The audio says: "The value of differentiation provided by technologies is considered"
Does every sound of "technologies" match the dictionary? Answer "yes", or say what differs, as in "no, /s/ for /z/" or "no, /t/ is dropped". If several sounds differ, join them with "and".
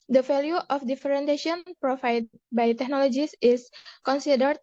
no, /s/ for /z/